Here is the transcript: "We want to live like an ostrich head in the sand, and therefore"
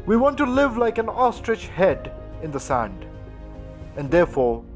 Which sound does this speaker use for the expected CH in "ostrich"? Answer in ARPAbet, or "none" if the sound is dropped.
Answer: CH